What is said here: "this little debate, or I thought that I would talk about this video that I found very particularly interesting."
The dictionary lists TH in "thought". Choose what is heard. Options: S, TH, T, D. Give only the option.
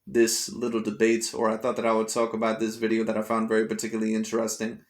TH